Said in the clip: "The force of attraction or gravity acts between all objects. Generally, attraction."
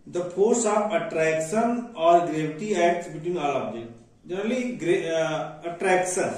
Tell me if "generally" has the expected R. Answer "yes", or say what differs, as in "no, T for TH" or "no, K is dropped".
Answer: no, L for R